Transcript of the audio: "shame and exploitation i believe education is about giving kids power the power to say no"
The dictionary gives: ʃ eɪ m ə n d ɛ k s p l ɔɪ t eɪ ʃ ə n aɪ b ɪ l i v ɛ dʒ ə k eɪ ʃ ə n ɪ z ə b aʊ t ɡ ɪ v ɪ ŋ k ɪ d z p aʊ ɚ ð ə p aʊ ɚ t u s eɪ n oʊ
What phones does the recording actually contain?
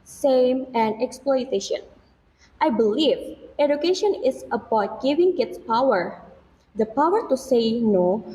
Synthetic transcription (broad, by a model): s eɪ m ə n d ɛ k s p l ɔɪ t eɪ ʃ ə n aɪ b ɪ l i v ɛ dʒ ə k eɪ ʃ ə n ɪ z ə b aʊ t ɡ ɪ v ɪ ŋ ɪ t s p aʊ ɚ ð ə p aʊ ɚ t u s eɪ n oʊ